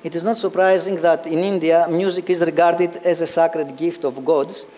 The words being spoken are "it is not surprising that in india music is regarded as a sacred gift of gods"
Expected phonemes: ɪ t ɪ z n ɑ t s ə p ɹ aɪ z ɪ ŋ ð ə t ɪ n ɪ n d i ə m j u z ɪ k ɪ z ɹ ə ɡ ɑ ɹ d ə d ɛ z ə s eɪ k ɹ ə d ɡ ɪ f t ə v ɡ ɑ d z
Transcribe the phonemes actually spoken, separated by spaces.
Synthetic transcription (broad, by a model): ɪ t ɪ z n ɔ t s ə p ɹ aɪ z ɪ ŋ ð ə t ɪ n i n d i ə m j u z ɪ k ɪ z ɹ ə ɡ ɑ ɹ d ə d ɛ z ə s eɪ k ɹ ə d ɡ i f t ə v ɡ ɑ d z